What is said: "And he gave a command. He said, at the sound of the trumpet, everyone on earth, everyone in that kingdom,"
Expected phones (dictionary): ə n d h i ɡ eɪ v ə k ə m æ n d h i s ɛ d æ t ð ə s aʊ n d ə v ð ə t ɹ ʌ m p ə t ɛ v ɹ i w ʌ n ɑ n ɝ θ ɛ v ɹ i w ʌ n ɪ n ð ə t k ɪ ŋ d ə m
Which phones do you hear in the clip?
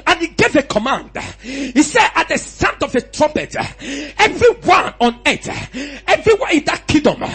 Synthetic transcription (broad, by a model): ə n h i ɡ eɪ v ə k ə m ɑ n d h i s ɛ d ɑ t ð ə s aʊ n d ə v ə t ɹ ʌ m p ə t ɛ v ɹ i w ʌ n ɑ n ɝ t ɛ v ɹ i w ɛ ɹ ɪ n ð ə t k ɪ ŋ d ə m